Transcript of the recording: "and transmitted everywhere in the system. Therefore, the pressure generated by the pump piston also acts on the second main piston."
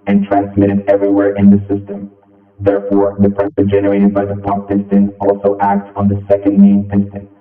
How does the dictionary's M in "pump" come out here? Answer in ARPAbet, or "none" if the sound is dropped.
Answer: none